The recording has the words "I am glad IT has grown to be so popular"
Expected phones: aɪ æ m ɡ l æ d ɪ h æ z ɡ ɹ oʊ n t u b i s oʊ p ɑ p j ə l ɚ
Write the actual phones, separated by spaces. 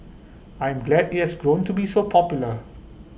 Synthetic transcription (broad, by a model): aɪ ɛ m ɡ l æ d ɪ h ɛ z ɡ ɹ oʊ n t u b i s oʊ p ɑ p j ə l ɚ